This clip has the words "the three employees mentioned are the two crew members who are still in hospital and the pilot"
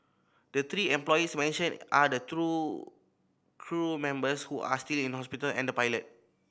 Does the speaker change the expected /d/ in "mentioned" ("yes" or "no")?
yes